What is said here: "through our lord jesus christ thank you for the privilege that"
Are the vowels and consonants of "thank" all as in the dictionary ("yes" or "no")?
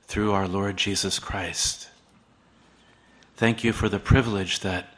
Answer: yes